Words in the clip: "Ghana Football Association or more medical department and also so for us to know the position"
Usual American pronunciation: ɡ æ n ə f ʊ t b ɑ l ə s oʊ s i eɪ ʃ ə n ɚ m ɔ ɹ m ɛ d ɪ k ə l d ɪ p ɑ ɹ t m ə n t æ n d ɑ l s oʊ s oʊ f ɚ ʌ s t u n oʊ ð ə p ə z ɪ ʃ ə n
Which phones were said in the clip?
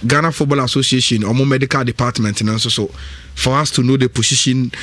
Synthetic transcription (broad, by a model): ɡ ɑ n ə f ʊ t b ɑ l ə s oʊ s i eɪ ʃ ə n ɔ m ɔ m ɛ d ɪ k ə l d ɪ p ɑ t m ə n t n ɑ n s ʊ s oʊ f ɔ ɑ s t u n oʊ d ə p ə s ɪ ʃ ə n